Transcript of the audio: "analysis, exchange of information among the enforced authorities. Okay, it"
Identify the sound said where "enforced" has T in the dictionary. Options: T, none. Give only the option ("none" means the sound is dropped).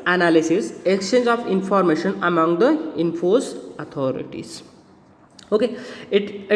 none